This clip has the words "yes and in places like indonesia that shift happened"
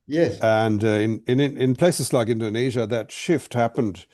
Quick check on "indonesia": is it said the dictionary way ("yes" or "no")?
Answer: yes